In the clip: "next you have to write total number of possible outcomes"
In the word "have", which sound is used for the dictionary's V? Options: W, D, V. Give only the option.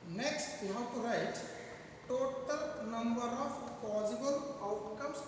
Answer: W